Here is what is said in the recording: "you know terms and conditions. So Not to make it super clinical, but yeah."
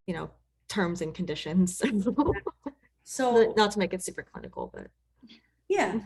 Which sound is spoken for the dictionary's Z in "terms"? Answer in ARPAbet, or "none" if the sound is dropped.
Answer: Z